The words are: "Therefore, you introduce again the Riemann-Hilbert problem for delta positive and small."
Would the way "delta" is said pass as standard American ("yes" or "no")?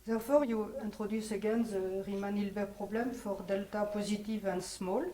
yes